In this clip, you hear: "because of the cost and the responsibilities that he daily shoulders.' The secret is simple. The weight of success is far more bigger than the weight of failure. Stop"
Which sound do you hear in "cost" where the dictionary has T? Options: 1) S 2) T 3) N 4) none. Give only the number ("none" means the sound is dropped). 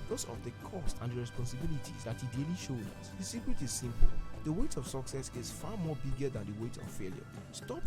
2